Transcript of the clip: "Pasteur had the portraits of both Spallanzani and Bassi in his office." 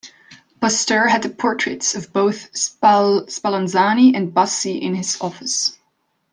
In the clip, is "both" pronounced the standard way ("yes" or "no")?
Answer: yes